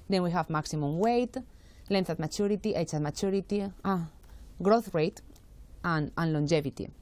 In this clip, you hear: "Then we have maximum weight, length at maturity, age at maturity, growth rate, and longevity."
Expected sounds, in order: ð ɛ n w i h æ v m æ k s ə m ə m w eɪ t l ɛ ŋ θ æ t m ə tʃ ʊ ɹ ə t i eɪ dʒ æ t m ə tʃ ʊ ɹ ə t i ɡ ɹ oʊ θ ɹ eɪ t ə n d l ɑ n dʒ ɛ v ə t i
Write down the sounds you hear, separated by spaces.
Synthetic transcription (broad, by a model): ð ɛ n w i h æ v m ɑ k s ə m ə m w eɪ t l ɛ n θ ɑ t m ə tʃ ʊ ɹ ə t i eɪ tʃ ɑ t m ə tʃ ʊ ɹ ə t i ɡ ɹ oʊ θ ɹ eɪ t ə n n l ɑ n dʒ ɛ v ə t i